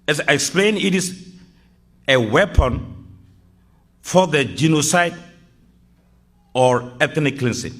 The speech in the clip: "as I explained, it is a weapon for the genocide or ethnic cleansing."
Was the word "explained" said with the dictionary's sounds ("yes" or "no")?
no